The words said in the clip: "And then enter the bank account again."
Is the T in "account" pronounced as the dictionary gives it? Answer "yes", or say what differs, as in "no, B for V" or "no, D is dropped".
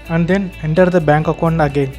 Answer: no, T is dropped